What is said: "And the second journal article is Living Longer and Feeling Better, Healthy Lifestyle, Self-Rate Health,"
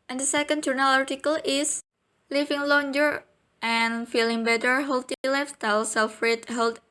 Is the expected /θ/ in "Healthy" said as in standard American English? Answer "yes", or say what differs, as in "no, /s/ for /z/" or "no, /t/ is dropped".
no, /t/ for /θ/